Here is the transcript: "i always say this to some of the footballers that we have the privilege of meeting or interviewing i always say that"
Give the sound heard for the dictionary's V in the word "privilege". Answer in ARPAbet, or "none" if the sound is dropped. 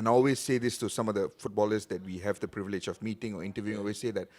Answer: V